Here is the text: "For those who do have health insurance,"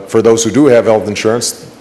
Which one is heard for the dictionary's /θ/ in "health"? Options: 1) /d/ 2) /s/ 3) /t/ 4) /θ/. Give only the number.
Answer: 4